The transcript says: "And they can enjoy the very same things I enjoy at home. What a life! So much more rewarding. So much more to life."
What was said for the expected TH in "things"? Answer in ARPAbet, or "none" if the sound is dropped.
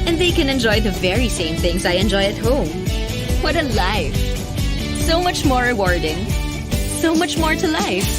TH